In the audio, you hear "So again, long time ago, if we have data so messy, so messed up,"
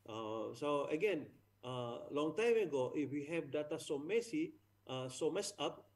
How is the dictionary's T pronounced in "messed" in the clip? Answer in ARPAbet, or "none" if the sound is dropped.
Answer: none